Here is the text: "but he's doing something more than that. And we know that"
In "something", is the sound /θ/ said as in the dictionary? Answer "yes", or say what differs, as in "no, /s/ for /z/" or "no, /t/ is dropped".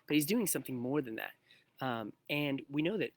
yes